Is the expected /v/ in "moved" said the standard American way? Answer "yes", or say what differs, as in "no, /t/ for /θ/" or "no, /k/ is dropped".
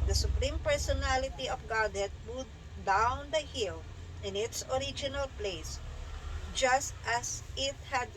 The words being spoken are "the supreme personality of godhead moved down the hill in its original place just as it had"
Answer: no, /v/ is dropped